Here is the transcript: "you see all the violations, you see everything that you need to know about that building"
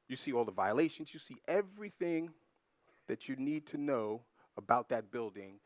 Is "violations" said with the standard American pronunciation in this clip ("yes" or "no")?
yes